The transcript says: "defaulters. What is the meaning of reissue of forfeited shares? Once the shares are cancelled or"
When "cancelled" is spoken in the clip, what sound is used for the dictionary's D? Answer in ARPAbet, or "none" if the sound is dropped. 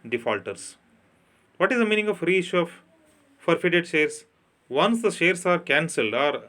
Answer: D